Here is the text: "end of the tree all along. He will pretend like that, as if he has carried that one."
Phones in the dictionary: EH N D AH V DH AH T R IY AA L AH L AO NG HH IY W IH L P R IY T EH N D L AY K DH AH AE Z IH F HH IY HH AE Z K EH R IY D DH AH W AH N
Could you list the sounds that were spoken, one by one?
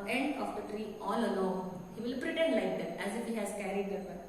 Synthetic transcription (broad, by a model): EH N D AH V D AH T R IY AA L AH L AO HH IY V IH L P R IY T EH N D L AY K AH AE Z IH F HH IY HH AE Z K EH R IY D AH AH